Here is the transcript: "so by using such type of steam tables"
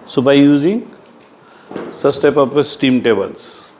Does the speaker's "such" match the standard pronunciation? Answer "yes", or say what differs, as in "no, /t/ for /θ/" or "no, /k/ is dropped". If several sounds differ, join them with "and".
no, /s/ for /tʃ/